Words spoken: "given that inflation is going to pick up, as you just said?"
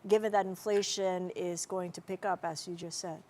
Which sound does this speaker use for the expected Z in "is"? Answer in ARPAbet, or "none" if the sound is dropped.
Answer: Z